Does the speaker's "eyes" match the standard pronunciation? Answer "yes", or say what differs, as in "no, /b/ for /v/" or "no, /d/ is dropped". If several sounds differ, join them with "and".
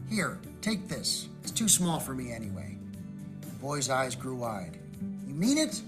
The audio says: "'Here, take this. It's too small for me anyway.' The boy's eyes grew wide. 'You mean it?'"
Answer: yes